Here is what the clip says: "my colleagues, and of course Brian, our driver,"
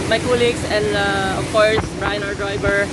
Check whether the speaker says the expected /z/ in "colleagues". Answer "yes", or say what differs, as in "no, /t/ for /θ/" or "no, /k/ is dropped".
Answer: no, /s/ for /z/